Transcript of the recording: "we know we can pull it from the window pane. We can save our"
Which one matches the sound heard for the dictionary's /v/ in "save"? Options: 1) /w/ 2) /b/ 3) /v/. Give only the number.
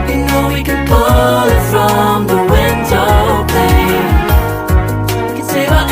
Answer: 1